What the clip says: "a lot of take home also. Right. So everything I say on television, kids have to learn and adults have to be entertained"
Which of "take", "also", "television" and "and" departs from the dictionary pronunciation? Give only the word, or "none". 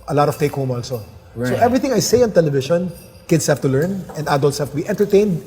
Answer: television